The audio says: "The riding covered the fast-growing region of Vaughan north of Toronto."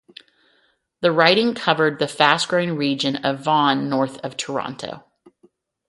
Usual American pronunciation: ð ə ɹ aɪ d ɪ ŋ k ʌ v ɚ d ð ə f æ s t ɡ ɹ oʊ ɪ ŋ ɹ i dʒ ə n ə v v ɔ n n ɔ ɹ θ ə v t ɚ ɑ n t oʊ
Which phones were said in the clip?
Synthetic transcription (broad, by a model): ð ə ɹ aɪ d ɪ ŋ k ʌ v ɚ d ð ə f æ s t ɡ ɹ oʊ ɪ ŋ ɹ i dʒ ə n ə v v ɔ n n ɔ ɹ θ ə v t ɚ ɑ n t oʊ